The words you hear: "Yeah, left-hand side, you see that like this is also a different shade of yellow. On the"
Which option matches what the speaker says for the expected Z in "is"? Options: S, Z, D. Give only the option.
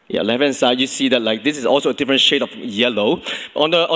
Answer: S